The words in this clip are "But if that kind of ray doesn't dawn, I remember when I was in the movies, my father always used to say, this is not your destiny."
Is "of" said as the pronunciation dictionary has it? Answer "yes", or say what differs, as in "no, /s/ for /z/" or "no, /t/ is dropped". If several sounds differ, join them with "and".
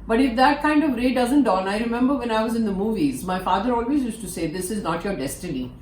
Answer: yes